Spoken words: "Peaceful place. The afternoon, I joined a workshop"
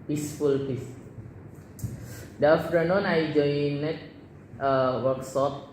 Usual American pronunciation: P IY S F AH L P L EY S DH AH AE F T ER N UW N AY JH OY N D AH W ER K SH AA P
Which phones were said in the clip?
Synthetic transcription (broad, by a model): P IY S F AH L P IY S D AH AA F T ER N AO N AY JH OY N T AH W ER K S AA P